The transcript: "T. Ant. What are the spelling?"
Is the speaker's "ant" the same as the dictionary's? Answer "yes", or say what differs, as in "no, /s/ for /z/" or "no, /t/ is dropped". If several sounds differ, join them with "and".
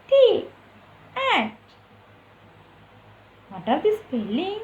no, /n/ is dropped